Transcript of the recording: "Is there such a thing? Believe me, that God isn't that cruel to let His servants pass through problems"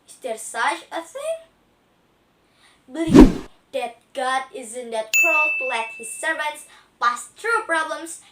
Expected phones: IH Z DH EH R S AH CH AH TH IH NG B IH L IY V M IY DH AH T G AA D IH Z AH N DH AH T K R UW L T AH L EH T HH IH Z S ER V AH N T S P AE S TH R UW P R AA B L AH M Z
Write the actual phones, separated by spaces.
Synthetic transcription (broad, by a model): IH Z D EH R S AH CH AH S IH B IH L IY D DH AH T G AA D IH Z AH N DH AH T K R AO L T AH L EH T HH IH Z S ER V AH N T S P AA S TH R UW P R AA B L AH M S